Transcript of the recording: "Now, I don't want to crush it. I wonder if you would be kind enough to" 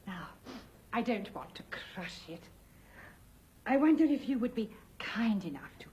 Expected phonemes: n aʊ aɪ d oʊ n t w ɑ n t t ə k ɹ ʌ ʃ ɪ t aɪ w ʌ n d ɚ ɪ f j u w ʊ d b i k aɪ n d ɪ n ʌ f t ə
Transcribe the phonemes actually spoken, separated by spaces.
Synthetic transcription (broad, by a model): n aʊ aɪ d oʊ n t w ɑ n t t ə k ɹ ʌ ʃ ɪ t aɪ w ʌ n d ɚ ɪ f j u w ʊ d b i k aɪ n d ɪ n ʌ f t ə